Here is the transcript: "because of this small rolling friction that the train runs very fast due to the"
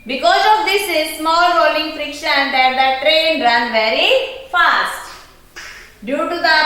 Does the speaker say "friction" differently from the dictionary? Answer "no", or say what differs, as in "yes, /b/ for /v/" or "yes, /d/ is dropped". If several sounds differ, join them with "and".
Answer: no